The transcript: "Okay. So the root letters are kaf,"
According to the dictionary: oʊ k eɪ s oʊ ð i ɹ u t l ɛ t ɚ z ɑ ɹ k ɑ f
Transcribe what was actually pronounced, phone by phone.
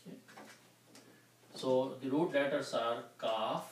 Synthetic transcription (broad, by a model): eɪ s oʊ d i ɹ u t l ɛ t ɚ s ɑ ɹ k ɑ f